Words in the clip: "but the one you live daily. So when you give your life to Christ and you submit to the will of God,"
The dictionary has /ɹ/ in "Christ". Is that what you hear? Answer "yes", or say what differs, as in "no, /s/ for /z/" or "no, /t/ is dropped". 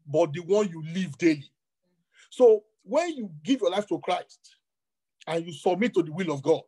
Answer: yes